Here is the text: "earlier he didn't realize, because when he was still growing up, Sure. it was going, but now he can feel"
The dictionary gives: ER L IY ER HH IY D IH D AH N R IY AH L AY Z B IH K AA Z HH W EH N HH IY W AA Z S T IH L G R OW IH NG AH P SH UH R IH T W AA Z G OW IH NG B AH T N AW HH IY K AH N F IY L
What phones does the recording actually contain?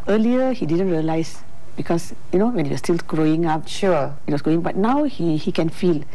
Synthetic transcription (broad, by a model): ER L IY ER HH IY D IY D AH N R IY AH L AY S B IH K AA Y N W EH N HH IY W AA S T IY L G R OW IH NG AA P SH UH IH T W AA S G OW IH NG B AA T N AW HH IY K AH N F IY L